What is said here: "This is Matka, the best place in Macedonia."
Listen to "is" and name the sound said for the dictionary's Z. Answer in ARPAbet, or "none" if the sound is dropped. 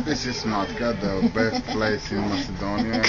S